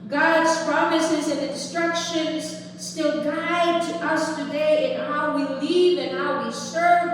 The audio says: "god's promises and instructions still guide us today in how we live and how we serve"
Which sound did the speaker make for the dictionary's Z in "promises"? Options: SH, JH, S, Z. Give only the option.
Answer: Z